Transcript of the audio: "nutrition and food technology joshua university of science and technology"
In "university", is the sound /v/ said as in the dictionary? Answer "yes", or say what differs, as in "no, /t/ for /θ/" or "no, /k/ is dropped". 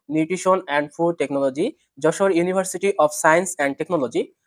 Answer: no, /b/ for /v/